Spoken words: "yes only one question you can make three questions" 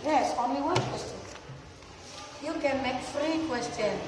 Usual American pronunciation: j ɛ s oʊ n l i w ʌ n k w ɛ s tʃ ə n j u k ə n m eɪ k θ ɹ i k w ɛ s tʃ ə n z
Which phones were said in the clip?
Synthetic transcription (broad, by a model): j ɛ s oʊ n l i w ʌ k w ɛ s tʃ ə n j u k ə n m eɪ k f ɹ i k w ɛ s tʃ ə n